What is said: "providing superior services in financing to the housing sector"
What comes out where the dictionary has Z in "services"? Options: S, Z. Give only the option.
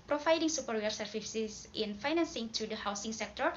S